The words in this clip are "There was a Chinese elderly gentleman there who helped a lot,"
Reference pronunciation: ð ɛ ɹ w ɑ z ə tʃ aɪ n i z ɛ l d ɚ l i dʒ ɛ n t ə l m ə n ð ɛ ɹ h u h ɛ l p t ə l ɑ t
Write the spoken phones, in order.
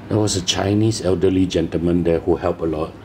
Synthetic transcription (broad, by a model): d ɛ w ɑ s ə tʃ aɪ n i s ɛ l d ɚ l i dʒ ɛ n t ə l m ə n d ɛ h u h ɛ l p ə l ɑ t